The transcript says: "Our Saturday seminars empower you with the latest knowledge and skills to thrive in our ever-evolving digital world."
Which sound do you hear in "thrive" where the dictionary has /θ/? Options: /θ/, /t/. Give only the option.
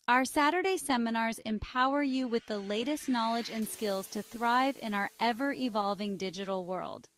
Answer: /θ/